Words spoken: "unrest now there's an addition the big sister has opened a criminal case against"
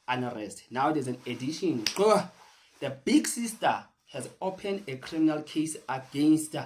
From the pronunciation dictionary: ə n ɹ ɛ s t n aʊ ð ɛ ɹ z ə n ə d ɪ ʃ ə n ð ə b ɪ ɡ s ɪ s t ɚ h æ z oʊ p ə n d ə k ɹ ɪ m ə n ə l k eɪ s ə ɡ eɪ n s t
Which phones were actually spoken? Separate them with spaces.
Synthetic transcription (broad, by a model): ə n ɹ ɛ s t n aʊ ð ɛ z ə n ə d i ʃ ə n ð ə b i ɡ s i s t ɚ h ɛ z oʊ p ə n d ə k ɹ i m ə n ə l k eɪ s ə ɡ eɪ n s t